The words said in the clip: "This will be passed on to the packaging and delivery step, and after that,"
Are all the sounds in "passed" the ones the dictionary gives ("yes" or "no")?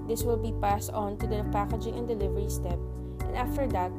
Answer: yes